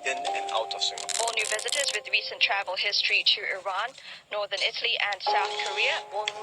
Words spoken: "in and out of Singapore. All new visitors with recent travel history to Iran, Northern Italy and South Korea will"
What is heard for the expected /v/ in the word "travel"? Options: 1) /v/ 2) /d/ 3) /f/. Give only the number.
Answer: 1